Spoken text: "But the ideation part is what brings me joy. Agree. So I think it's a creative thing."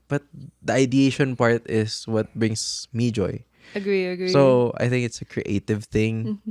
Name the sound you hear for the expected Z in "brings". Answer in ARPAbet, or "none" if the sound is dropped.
S